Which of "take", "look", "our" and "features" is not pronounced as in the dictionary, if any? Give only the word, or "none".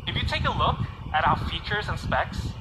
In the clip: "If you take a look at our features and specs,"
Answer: none